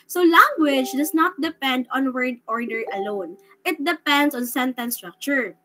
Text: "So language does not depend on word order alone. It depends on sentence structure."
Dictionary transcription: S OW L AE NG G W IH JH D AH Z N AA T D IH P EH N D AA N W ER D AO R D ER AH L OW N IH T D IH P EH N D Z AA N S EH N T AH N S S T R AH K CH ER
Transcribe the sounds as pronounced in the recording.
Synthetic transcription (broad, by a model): S OW L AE NG G W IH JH D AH S N AA T D IH P EH N D AA N W ER D AO R D ER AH L OW N IH T D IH P EH N D S AA N S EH N T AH N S S T R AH K CH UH